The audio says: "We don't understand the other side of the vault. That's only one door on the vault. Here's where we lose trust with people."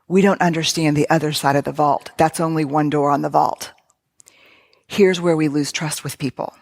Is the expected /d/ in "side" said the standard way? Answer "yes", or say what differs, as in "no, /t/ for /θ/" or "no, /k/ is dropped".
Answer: yes